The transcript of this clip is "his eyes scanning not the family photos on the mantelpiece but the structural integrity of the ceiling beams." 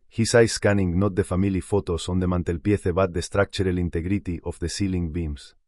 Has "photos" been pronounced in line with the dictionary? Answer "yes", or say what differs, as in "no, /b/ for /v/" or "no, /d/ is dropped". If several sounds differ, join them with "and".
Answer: no, /s/ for /z/